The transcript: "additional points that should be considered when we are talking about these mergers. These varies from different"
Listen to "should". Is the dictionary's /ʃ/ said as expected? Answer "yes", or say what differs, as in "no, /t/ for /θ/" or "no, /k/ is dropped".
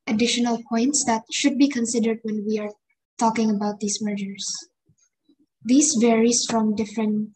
yes